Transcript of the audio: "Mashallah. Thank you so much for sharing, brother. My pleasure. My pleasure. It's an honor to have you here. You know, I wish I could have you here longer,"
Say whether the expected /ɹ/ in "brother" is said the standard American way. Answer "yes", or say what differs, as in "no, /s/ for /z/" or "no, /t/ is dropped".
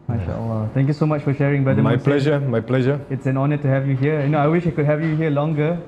no, /ɹ/ is dropped